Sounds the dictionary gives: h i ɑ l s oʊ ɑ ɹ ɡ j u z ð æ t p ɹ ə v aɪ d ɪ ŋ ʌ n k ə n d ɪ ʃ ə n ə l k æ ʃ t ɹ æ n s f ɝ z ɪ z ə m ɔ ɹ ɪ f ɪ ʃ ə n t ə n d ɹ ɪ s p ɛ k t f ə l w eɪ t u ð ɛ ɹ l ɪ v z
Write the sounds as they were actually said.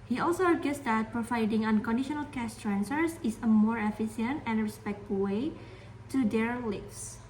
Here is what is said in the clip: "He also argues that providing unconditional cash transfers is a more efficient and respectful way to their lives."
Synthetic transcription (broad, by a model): h i ɑ l s oʊ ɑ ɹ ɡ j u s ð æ t p ɹ ə v aɪ d ɪ ŋ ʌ n k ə n d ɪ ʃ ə n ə l k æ s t ɹ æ n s ɝ s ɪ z ə m ɔ ɹ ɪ f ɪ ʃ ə n t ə n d ɹ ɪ s p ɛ k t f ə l w eɪ t u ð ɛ ɹ l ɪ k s